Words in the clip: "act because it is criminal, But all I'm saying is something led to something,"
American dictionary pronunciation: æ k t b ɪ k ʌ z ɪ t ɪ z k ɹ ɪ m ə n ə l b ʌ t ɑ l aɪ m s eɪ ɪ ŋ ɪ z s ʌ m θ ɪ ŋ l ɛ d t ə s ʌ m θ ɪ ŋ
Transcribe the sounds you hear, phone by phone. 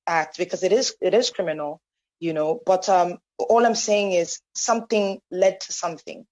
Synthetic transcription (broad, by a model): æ k t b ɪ k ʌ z ɪ t ɪ z k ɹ ɪ m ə n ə n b ʌ t ɑ l aɪ m s eɪ ɪ ŋ ɪ z s ʌ m θ ɪ ŋ l ɛ d t ə s ʌ m θ ɪ ŋ